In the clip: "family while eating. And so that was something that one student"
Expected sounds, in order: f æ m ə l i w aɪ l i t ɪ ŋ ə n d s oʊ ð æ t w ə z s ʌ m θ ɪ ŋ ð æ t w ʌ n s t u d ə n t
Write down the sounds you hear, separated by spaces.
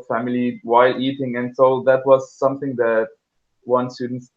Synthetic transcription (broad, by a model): f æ m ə l i w aɪ l i t ɪ ŋ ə n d s oʊ ð æ t w ə z s ʌ m θ ɪ ŋ ð æ t w ʌ n s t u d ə n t